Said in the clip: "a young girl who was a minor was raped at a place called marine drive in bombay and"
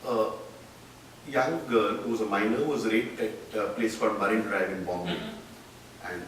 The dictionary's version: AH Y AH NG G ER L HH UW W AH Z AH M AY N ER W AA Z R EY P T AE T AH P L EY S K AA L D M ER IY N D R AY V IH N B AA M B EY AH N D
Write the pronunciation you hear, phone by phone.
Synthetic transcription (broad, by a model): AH Y AH NG G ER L HH UW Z AH M AY N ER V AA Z R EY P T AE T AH P L EY S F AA D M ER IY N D R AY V IH N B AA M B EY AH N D